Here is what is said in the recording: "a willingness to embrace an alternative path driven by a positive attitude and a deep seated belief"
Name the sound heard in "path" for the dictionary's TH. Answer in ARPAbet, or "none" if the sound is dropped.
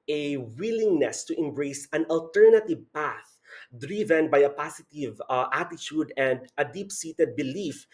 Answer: TH